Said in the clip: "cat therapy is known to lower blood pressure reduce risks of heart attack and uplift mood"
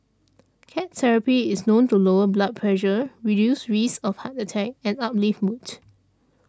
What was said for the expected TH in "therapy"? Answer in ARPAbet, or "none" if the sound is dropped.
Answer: S